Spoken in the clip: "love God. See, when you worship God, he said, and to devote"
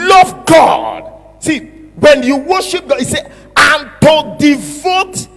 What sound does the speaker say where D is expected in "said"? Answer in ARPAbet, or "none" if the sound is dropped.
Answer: none